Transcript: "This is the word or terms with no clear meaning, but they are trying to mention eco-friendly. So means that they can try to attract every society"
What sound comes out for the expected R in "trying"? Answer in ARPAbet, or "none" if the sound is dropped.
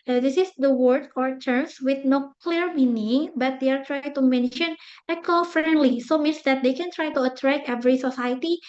R